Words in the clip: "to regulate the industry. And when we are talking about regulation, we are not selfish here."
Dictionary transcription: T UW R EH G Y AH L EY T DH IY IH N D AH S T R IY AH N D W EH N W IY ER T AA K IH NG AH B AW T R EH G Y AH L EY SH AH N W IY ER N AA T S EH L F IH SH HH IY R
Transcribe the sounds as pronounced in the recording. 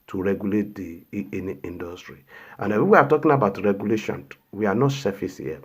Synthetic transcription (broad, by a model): T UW R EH G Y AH L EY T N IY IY N D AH S T R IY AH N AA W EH W IY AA T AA K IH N AH B AW T R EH G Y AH L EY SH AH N W IY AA N AA T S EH F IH S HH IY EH